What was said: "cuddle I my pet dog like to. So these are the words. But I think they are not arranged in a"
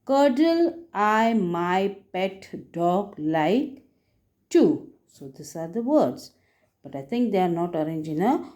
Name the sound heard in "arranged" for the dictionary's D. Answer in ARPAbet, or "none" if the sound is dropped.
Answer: none